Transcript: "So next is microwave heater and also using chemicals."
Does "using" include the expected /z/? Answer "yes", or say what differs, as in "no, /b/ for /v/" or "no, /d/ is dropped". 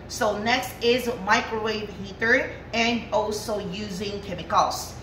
yes